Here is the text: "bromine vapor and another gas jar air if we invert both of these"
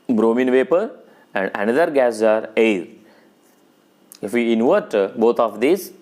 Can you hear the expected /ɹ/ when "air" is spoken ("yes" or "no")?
no